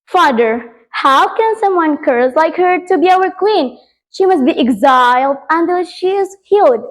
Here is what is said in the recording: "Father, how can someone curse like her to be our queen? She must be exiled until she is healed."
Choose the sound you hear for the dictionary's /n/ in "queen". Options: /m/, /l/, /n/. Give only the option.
/n/